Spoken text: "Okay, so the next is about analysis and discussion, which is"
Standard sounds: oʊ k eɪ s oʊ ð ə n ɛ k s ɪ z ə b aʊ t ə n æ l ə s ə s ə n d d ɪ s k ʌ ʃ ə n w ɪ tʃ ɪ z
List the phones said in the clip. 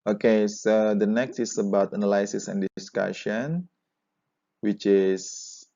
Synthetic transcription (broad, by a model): oʊ k eɪ s oʊ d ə n ɛ k s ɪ s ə b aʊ t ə n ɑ l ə s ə s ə n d d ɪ s k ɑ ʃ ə n w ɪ tʃ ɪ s